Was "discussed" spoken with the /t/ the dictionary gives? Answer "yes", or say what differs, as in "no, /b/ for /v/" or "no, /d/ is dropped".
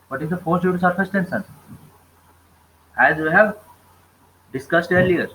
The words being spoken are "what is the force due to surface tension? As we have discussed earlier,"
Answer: yes